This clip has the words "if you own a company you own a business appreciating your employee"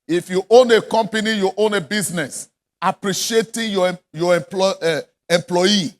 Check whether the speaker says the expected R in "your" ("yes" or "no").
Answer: no